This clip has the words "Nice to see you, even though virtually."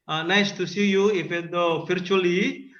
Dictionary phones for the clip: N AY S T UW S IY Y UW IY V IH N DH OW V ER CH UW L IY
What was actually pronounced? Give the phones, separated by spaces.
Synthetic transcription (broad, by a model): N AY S T UW S IY Y UW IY F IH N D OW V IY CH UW L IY